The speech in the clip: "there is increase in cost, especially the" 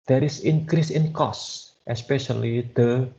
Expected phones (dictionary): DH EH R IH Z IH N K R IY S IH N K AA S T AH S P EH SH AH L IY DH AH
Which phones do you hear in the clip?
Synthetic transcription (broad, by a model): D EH R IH S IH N K R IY S IH N K AA S T AH S P EH SH AH L IY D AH